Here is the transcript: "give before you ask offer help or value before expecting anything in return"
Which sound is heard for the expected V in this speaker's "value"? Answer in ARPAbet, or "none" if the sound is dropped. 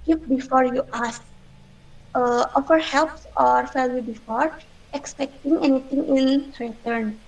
F